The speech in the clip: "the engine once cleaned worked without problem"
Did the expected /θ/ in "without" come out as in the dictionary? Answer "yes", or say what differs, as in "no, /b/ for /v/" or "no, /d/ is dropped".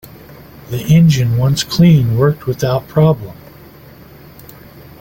yes